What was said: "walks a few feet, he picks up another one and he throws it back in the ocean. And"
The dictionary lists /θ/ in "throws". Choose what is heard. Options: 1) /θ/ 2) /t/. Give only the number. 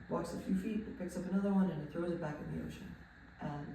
1